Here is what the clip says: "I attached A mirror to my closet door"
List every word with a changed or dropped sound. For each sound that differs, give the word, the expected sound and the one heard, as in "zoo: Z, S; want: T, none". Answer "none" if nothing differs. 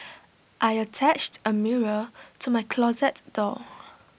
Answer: none